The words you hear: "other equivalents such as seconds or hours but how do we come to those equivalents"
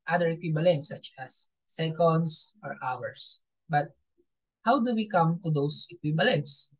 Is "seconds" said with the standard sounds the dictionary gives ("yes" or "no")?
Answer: no